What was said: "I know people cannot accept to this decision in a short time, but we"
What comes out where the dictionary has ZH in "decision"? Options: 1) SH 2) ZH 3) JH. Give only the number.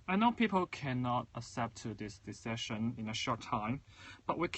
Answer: 1